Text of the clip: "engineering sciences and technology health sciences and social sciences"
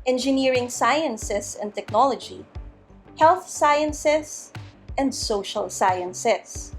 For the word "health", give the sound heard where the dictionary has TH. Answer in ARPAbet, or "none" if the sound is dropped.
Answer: TH